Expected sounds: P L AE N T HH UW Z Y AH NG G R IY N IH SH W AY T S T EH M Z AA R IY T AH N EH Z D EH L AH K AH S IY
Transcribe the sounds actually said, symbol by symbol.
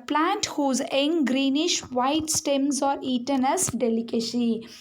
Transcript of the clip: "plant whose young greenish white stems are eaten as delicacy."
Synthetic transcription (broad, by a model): P L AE N T HH UW Z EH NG G R IY N IH SH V AY T S T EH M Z AA R IY T AH N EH S D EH L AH K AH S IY